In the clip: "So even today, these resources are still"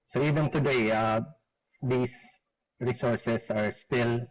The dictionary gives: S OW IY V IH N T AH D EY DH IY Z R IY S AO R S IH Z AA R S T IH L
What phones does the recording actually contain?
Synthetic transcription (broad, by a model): S OW IY V IH N T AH D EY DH IY S R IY S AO R S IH S AA R S T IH L